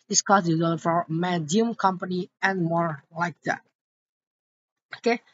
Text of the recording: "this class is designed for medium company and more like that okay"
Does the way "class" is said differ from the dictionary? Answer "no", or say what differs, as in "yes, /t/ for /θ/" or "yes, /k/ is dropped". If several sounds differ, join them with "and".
yes, /l/ is dropped